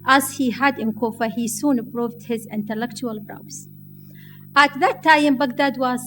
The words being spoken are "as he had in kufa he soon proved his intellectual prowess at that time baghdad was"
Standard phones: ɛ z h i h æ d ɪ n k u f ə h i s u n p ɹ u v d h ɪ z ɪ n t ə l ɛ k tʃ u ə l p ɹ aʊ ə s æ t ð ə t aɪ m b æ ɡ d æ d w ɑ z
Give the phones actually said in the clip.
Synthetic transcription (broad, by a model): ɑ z h i h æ d ɪ n k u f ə h i s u n p ɹ u v d h ɪ z ɪ n t ə l ɛ k tʃ u ə l b ɹ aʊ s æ t ð ə t aɪ m b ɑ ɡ d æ d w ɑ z